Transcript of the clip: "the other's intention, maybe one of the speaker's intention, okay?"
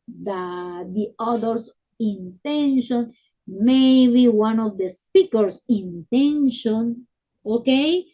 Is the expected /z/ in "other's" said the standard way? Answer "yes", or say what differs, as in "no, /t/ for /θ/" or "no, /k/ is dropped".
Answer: no, /s/ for /z/